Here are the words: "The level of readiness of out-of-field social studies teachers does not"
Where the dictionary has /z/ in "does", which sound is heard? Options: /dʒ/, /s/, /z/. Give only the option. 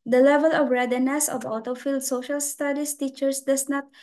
/s/